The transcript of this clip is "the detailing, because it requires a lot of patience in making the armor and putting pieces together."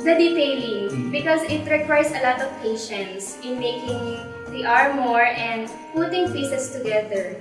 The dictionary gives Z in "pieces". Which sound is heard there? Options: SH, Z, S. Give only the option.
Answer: S